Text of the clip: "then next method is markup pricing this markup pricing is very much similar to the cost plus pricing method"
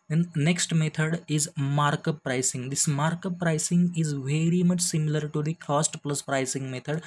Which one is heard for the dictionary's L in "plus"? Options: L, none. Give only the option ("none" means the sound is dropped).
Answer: L